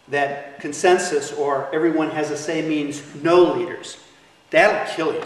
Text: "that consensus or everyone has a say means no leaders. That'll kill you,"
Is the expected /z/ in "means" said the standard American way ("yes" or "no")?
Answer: yes